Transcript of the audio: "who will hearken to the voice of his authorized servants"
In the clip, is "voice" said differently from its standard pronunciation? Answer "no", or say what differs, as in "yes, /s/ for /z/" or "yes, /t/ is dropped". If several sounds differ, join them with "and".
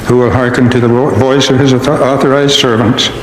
no